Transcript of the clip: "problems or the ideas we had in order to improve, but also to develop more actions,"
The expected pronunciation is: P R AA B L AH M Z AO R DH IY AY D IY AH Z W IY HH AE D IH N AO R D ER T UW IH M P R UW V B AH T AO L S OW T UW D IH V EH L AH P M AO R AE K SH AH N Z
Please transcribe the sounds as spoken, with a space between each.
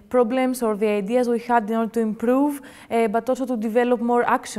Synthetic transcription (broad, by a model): P R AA B L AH M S AO R DH IY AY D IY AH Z W IY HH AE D IH N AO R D T UW IH M P R UW V B AH T AO S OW T UW D IH V EH L AH P M AO R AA K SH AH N